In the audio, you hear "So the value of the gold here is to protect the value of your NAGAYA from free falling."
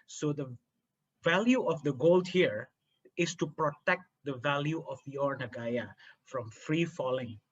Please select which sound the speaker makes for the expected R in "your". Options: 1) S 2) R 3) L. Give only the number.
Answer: 2